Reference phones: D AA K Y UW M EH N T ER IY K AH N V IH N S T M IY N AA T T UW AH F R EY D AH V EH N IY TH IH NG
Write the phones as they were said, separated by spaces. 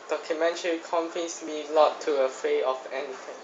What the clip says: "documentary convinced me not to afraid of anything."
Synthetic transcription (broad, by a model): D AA K Y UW M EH N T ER IY K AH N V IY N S M IY L AA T T UW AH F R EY AH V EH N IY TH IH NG